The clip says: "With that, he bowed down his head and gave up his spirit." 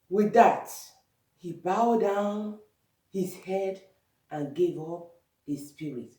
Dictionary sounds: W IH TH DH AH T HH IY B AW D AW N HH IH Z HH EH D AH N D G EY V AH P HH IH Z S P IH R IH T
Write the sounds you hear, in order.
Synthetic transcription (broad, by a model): W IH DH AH T HH IY B AW D AW N HH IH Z HH EH D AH N G EY V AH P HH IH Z S P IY R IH T